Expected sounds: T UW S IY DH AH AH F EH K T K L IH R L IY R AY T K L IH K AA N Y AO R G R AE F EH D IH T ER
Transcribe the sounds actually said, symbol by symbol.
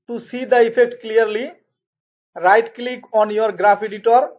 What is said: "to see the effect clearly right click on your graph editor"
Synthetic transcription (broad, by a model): T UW S IY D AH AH P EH K T K L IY R L IY R AY T K L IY K AA N Y AO R G R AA P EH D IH T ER